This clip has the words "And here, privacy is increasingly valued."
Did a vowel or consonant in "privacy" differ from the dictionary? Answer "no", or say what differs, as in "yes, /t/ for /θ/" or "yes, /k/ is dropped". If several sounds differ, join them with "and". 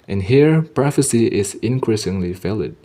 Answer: yes, /f/ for /v/